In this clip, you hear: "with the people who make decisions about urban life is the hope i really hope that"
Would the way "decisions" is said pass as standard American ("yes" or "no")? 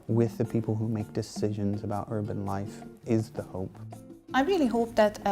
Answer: yes